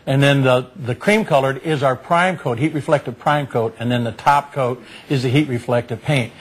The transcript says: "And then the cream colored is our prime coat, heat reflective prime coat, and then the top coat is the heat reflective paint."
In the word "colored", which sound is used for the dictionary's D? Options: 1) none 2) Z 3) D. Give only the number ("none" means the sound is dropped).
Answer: 3